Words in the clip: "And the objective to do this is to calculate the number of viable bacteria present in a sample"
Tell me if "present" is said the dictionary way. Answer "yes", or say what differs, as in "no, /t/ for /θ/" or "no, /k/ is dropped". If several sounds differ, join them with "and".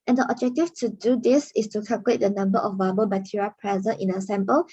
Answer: no, /n/ is dropped